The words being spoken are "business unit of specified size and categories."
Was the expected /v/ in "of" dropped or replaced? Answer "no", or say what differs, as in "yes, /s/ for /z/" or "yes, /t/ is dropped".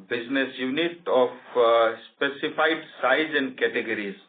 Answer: yes, /p/ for /v/